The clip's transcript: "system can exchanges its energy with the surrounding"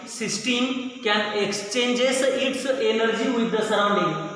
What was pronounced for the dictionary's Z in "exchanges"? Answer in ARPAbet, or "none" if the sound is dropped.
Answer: S